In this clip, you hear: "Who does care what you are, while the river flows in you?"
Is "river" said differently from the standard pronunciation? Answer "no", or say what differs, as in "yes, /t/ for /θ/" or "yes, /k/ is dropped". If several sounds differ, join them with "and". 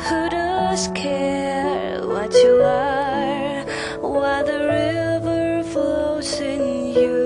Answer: no